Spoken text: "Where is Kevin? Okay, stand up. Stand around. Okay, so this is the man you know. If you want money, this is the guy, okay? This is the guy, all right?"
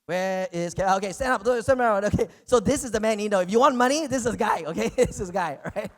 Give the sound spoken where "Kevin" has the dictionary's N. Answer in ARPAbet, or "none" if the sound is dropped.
none